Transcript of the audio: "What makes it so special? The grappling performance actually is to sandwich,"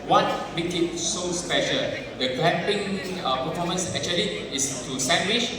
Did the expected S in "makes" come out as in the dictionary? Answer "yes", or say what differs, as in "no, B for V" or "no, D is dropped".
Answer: no, S is dropped